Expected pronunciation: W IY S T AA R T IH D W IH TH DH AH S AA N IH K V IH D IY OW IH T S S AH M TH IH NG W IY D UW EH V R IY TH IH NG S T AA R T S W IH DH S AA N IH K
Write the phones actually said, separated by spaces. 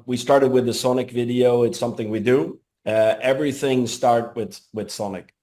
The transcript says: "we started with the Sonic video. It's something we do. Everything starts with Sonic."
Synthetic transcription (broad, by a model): W IY S T AA R T IH D W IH DH AH S AA N IH K V IH D IY OW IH T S S AH M TH IH NG W IY D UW EH V R IY TH IH NG S T AA R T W W IH DH S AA N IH K